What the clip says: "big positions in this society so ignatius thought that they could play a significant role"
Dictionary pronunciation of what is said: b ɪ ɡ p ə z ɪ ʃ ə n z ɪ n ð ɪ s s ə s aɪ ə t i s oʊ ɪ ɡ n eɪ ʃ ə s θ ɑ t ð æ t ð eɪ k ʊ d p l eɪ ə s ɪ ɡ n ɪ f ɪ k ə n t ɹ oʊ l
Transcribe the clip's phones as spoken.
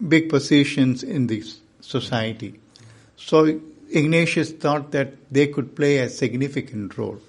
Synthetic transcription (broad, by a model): b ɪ ɡ p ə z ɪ ʃ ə n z ɪ n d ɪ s s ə s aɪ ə t i s oʊ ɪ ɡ n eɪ ʃ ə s t ɑ t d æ t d eɪ k ʊ d p l eɪ ə s ɪ ɡ n ɪ f ɪ k ə n t ɹ oʊ l